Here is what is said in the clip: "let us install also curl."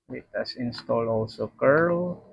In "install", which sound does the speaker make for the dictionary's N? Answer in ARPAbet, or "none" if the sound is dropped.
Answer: N